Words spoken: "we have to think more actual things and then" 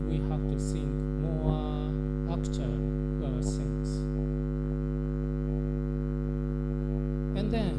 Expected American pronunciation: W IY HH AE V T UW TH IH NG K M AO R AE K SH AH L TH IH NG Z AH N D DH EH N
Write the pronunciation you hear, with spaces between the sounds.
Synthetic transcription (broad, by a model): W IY HH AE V T UW S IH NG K M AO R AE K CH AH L S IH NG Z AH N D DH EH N